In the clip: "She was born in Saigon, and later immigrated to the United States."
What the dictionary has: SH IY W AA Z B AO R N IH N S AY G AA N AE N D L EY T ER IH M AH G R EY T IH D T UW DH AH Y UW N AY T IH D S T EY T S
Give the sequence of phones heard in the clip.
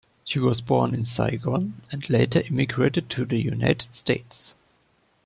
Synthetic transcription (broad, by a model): SH IY W AA Z B AO R N IH N S AY G AA N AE N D L EY T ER IH M AH G R EY T IH D T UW DH AH Y UW N AY T IH D S T EY T S